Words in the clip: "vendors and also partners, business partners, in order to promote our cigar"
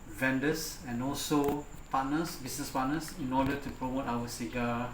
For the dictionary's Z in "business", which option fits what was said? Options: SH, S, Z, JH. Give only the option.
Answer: S